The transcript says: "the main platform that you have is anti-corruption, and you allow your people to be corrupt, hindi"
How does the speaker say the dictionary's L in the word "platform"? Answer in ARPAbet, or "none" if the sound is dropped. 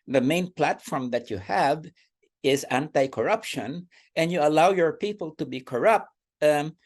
L